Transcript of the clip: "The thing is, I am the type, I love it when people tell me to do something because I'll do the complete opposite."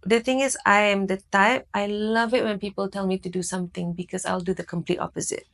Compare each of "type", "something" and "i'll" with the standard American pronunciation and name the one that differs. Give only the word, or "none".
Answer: something